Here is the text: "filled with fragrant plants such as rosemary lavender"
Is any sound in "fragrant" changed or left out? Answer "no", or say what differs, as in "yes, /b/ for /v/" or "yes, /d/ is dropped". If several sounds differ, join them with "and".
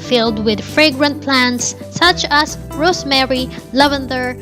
no